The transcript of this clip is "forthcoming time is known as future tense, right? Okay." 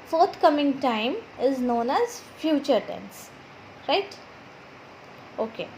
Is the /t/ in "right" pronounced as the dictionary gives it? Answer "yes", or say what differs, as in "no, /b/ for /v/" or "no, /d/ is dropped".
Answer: yes